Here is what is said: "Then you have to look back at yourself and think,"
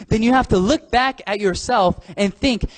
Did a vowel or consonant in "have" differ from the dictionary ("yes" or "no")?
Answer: yes